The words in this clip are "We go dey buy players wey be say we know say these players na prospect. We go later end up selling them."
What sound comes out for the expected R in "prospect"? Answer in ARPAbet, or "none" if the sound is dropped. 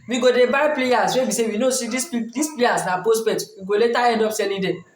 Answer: none